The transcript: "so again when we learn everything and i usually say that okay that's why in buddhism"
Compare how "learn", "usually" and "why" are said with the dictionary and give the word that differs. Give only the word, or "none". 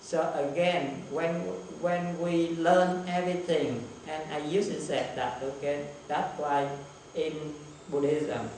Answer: usually